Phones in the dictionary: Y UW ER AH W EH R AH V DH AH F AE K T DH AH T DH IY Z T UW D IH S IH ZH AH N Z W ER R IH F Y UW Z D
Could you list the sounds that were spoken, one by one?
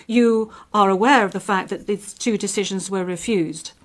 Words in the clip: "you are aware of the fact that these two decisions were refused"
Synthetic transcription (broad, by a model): Y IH ER AH W EH R AH V DH AH F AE K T DH AH T DH IY Z T UW D IH S IH ZH AH N Z W ER R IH F Y UW Z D